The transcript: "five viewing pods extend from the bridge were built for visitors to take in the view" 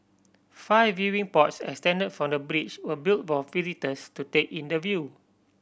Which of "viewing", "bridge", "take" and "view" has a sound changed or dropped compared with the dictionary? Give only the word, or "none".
bridge